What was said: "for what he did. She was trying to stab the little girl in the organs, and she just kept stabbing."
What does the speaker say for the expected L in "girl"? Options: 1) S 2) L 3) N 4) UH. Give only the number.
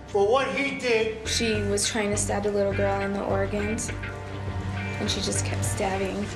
2